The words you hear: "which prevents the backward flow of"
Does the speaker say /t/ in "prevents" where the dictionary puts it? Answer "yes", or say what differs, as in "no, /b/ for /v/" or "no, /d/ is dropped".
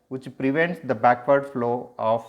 yes